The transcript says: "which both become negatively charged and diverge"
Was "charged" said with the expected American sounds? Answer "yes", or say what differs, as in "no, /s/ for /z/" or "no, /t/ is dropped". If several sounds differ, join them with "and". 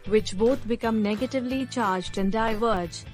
yes